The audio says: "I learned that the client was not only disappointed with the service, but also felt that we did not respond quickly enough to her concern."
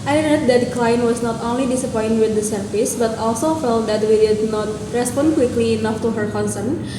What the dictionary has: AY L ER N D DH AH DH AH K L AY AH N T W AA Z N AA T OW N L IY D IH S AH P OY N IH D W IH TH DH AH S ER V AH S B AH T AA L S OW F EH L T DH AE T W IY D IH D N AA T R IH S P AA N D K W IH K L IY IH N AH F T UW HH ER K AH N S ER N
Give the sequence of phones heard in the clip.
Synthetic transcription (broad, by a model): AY N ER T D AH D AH K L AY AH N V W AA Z N AA T OW N L IY D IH S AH P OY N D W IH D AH S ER F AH S B AH T AA L S OW F EH L T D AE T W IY D IH D N AA T R IH S P AA N D K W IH K L IY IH N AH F T UW HH ER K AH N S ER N